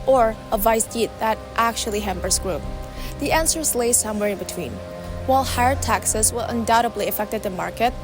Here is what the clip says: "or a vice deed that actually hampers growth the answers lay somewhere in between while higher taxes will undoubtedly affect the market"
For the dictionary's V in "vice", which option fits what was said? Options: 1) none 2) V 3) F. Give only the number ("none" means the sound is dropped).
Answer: 2